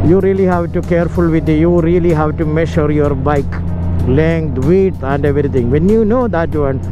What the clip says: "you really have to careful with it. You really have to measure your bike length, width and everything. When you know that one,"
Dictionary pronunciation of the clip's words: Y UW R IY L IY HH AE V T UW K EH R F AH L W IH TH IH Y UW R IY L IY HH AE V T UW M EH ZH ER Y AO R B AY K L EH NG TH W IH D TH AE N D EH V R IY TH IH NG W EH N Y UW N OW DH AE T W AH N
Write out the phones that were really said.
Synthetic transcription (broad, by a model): Y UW R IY L IY HH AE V T UW K EH R F AH L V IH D IH Y UW R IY L IY HH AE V T UW M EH SH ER Y AO R B AY K L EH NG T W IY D AE N D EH V R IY T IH NG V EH N Y UW N OW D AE T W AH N